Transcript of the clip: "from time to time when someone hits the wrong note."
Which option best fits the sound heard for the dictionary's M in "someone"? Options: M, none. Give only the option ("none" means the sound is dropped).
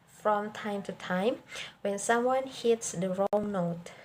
M